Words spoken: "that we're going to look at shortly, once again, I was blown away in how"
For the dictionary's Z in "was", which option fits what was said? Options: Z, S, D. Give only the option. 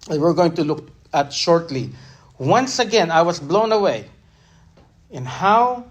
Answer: S